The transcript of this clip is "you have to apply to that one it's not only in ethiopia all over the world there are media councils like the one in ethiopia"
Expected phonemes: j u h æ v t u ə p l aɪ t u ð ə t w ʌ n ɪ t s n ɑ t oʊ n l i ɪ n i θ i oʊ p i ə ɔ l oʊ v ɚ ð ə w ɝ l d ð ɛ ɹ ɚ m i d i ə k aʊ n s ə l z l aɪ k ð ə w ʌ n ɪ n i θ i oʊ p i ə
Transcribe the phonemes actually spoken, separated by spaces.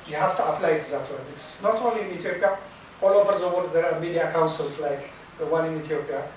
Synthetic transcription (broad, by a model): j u h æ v t u ə p l aɪ t u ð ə t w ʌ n ɪ t s n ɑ t oʊ n l i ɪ n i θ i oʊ p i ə ɔ l oʊ v ɚ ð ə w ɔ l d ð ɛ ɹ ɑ m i d i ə k aʊ n s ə l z l aɪ k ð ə w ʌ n ɪ n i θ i oʊ p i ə